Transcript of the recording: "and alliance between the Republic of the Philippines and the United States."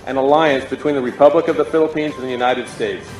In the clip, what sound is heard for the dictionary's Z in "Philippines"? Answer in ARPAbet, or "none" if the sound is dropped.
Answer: Z